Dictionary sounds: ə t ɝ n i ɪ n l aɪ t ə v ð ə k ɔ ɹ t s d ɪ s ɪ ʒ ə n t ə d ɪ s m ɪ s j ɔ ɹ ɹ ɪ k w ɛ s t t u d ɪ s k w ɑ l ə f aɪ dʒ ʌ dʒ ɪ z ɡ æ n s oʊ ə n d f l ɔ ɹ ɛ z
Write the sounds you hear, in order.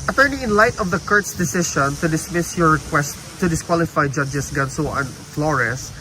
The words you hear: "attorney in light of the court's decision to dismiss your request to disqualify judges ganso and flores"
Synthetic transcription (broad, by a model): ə t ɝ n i ɪ n l aɪ t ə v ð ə k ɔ ɹ t s d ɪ s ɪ ʃ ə n t ə d ɪ s m ɪ s j ɔ ɹ ɹ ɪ k w ɛ s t t u d ɪ s k w ɑ l ə f aɪ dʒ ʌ dʒ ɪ s ɡ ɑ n s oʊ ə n f l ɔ ɹ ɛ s